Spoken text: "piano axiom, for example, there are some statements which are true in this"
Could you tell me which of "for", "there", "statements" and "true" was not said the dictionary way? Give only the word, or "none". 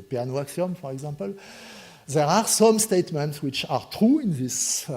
none